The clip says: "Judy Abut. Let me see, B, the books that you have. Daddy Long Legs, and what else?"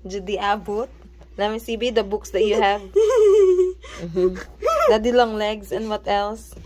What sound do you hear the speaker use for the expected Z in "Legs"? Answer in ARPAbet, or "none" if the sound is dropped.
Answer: S